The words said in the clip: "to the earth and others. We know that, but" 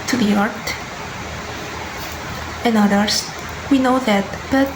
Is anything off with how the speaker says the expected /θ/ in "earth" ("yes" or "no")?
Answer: yes